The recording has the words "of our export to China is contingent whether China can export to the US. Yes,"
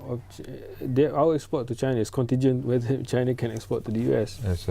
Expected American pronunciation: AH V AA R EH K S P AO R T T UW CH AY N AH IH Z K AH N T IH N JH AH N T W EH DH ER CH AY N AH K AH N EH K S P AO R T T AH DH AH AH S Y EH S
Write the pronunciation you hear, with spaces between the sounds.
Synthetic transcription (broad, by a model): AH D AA W EH K S P AO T T UW CH AY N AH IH S K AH N T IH N JH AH N W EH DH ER CH AY N AH K AH N EH K S P AO T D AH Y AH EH S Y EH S